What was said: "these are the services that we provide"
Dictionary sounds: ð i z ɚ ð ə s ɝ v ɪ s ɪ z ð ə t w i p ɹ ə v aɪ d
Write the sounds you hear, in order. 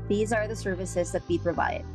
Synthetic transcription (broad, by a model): ð i z ɚ ð ə s ɝ v ɪ s ɪ z ð ə t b i p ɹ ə v aɪ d